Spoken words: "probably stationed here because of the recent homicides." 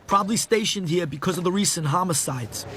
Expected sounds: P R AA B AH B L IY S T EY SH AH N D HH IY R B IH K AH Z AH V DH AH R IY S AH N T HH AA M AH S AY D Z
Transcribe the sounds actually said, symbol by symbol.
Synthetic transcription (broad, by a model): P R AA B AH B L IY S T EY SH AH N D HH IY R B IH K AH Z AH V DH AH R IY S AH N T HH AA M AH S AY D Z